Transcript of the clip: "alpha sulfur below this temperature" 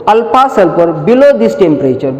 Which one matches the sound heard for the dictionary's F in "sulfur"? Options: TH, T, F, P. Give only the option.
P